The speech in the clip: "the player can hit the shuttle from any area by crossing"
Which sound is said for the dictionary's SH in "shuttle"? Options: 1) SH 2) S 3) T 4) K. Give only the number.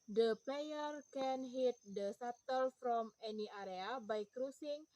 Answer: 2